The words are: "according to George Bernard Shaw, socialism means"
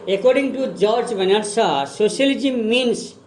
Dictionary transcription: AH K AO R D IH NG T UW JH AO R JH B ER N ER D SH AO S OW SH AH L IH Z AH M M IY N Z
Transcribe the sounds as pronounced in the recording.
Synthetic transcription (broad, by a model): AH K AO R D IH NG T UW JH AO R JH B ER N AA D S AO S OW S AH L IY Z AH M M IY N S